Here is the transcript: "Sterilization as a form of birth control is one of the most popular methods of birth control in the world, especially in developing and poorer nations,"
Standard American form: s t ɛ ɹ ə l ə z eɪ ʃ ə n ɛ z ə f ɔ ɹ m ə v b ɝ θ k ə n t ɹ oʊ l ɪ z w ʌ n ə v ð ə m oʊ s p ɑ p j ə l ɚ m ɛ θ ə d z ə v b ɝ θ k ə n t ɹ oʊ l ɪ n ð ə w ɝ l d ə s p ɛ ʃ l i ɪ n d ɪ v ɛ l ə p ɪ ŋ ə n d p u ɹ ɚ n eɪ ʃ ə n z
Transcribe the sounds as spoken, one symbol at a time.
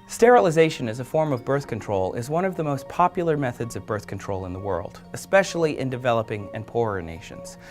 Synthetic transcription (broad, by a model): s t ɛ ɹ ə l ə z eɪ ʃ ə n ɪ z ə f ɔ ɹ m ə v b ɝ θ k ə n t ɹ oʊ l ɪ z w ʌ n ə v ð ə m oʊ s p ɑ p j l ɚ m ɛ θ ə d z ə v b ɝ θ k n t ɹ oʊ l ɪ n ð ə w ɝ l d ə s p ɛ ʃ l i ɪ n d ɪ v ɛ l ə p ɪ ŋ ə n p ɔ ɹ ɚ n eɪ ʃ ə n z